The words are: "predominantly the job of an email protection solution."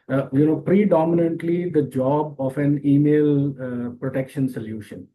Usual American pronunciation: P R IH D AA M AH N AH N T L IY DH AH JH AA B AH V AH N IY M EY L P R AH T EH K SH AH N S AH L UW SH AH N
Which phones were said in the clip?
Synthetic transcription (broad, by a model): P R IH D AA M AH N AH N T L IY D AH JH AA B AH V AH N IY M EY L P R AH T EH K SH AH N S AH L UW SH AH N